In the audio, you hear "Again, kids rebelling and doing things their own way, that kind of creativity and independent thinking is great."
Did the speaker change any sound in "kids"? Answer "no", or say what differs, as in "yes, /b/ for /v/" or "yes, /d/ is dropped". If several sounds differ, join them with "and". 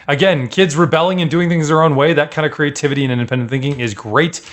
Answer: no